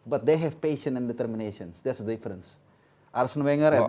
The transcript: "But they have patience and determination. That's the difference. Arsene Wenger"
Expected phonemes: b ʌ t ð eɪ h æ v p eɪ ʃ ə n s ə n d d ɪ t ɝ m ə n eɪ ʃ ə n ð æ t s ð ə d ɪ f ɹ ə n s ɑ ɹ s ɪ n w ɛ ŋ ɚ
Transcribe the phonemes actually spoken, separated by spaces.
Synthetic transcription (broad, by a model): b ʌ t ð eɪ h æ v p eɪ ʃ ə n ə n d d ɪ t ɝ m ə n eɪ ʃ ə n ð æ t s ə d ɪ f ɹ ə n s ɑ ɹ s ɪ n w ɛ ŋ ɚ